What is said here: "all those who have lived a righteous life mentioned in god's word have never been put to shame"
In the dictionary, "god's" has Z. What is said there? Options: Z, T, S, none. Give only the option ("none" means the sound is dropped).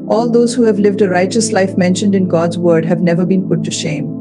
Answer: Z